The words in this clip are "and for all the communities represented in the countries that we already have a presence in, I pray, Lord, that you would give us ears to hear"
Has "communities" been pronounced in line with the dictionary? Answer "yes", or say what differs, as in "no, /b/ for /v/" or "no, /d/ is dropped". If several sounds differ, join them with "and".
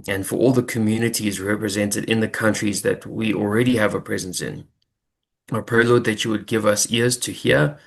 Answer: yes